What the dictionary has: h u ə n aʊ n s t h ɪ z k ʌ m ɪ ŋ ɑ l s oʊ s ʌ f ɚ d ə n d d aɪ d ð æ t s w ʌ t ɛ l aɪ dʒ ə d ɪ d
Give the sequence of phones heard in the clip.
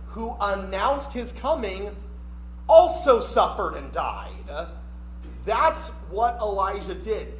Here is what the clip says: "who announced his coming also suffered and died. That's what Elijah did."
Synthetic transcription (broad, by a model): h u ə n aʊ n s t h ɪ z k ʌ m ɪ ŋ ɑ l s oʊ s ʌ f ɚ d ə n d d aɪ d ð æ t s w ʌ t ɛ l aɪ ʒ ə d ɪ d